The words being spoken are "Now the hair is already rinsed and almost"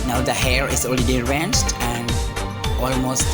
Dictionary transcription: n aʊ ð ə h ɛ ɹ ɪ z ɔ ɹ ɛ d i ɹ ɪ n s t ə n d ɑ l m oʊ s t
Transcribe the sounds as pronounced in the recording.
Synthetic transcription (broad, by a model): n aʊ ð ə h ɛ ɹ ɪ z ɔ l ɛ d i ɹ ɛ n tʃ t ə n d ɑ l m oʊ s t